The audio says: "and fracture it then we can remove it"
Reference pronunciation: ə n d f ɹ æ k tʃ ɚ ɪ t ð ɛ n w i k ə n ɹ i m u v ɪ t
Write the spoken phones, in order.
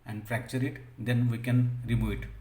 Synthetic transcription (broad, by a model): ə n d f ɹ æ k tʃ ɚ ɪ t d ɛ n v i k ə n ɹ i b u ɪ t